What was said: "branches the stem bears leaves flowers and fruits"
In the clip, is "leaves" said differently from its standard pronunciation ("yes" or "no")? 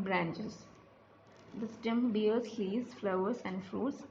yes